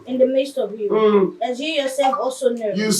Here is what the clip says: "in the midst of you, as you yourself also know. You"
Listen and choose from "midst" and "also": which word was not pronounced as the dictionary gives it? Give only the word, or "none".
none